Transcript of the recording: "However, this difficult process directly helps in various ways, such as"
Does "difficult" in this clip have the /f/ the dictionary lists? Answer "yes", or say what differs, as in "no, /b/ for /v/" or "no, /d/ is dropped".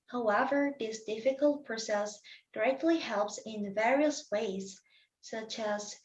yes